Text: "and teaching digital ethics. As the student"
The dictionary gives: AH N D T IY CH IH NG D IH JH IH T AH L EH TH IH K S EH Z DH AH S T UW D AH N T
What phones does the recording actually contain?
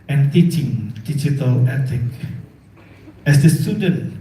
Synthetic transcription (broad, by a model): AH N T IY CH IH NG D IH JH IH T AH L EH T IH K EH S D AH S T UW D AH N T